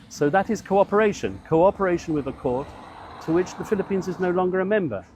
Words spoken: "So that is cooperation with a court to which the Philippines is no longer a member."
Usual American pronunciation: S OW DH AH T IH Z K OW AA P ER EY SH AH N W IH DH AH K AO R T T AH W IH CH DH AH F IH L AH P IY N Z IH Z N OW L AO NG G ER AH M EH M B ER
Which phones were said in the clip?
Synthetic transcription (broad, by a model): S OW DH AH T IH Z K OW AA P ER EY SH AH N W IH DH AH K AO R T T AH W IH CH DH AH F IH L AH P IY N Z IH Z N OW L AO NG G ER AH M EH M B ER